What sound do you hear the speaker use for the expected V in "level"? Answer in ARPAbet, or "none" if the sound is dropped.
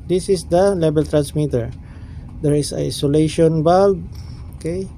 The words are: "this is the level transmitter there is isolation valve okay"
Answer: B